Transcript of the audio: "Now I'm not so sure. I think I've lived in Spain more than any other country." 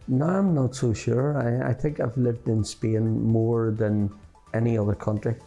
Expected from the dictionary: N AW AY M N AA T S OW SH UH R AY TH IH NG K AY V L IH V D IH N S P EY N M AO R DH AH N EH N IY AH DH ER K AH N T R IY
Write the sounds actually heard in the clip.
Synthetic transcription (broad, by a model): N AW AY M N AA T S OW SH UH R AY TH IH NG K AY V L IH V D IH N S P EY N M AO R DH AH N EH N IY AH DH ER K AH N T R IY